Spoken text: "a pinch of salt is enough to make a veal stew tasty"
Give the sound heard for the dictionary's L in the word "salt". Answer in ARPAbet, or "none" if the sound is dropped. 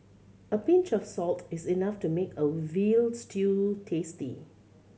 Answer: L